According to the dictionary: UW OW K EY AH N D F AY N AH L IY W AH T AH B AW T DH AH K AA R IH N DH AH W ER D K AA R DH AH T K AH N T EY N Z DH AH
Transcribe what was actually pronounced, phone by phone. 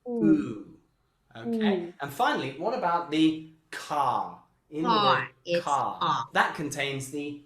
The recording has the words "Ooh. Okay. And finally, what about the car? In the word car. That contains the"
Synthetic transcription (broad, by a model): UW OW K EY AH N F AY N L IY W AH T AH B AW T DH AH K AA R IH N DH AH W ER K AA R DH AH T K AH N T EY N Z DH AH